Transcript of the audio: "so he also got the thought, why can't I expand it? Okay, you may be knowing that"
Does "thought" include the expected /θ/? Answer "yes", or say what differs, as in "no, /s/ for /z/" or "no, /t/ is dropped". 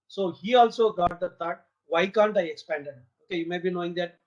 no, /t/ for /θ/